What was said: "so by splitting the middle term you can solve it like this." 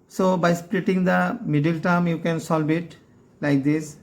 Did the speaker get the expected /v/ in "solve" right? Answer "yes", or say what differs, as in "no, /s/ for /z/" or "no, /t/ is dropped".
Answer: no, /b/ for /v/